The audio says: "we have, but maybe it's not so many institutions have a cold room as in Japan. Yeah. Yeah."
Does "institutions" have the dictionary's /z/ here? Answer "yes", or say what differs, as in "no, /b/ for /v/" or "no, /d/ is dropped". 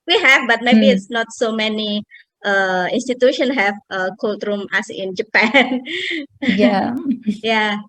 no, /z/ is dropped